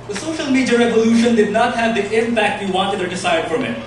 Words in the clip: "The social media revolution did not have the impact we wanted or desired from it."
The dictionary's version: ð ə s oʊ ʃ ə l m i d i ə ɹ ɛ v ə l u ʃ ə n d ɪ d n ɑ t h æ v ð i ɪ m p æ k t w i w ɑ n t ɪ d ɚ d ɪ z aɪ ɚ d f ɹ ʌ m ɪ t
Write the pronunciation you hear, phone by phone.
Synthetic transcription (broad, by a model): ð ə s oʊ ʃ ə l m i d i ə ɹ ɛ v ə l u ʃ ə n d ɪ d n ɑ t h æ v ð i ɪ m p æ k t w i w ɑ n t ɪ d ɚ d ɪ s aɪ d f ɹ ʌ m ɪ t